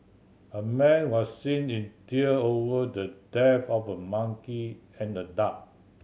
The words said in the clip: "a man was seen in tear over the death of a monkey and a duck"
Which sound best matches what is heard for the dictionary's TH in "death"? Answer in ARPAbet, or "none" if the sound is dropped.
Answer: F